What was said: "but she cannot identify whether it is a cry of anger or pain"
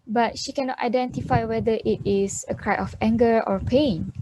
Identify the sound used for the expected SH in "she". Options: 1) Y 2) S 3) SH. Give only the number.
3